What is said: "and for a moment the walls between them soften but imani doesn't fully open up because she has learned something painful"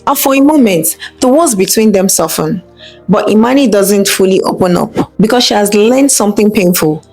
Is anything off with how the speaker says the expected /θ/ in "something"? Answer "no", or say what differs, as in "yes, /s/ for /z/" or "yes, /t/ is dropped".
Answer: no